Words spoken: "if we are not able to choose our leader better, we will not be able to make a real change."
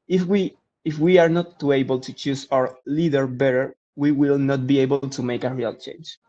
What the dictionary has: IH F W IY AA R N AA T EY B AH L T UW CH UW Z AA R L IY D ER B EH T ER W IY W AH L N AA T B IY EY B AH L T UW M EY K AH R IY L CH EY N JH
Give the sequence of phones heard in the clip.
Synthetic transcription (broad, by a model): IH F W IY AA R N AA T EY B AH L T UW CH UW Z AA R L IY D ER B EH T ER W IY W AH L N AA T B IY EY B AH L T UW M EY K AH R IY L CH EY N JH